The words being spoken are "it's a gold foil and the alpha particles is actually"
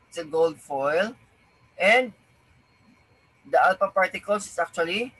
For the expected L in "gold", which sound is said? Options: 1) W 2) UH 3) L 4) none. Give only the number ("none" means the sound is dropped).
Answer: 3